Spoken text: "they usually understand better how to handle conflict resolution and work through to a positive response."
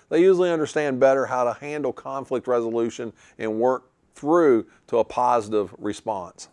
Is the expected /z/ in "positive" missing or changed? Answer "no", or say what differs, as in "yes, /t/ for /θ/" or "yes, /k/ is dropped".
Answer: no